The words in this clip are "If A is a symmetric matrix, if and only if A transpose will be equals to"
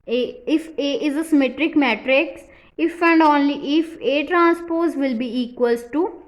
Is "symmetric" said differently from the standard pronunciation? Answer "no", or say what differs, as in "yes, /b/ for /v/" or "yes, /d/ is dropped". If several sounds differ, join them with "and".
no